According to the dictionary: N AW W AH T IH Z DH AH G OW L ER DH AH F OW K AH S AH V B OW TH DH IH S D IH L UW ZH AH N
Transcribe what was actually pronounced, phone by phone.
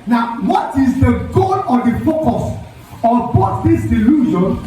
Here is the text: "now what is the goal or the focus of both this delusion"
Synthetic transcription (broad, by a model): N AW W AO T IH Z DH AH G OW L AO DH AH F OW K AH S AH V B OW T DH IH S D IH L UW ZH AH N